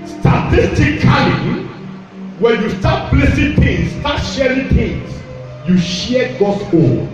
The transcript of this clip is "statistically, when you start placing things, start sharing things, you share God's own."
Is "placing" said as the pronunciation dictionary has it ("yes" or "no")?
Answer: no